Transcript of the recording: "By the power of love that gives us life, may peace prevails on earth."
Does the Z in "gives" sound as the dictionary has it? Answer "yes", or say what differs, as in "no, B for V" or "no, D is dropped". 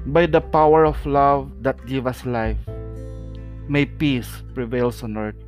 no, Z is dropped